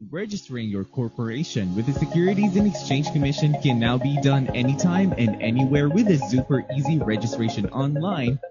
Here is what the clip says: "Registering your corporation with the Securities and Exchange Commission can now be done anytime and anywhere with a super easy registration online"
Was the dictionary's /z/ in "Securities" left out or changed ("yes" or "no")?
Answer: no